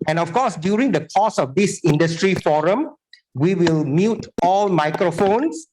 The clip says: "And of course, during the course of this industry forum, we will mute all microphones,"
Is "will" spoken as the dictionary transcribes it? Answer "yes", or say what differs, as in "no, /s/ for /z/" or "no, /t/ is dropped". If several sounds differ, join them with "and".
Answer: yes